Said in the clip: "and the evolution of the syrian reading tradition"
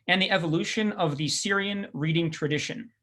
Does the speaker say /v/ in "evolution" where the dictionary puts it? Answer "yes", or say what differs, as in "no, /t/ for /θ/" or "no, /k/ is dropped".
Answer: yes